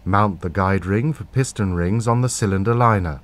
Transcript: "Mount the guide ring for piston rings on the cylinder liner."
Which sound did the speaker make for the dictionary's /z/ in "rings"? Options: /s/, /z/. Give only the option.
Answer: /z/